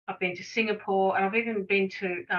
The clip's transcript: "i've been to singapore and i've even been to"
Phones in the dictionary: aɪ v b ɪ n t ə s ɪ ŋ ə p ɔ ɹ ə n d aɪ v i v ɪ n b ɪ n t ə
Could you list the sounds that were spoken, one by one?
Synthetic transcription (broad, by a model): aɪ v b ɪ n t ə s ɪ ŋ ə p ɔ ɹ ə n aɪ v i v ɪ n b ɪ n t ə